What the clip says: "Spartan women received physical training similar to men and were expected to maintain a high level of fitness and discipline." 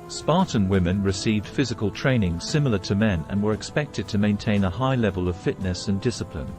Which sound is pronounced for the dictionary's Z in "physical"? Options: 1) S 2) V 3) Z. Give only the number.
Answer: 3